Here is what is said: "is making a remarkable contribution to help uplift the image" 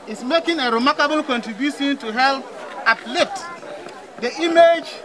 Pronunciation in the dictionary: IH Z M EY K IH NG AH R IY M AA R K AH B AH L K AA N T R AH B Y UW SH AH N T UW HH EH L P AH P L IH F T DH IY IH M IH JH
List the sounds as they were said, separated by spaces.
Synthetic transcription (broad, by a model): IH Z M EY K IH NG AH R IY M AA R K AH B AH L K AA N T R AH B Y UW SH AH N T UW HH EH L P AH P L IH T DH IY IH M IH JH